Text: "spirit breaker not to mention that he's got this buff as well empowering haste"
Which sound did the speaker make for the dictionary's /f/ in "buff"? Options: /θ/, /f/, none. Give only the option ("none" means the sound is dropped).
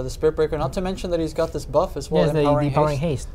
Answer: /f/